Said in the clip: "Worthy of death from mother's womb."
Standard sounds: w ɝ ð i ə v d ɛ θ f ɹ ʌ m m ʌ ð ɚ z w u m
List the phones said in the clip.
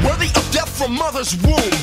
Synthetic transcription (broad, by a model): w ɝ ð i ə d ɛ t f ɹ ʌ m m ʌ ð ɚ z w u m